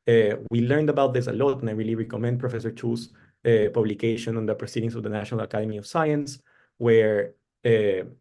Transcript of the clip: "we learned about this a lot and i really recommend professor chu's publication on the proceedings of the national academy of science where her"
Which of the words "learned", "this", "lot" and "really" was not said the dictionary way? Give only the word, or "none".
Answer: none